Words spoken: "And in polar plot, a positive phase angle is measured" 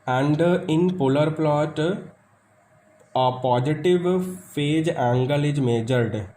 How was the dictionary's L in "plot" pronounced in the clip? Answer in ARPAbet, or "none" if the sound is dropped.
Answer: L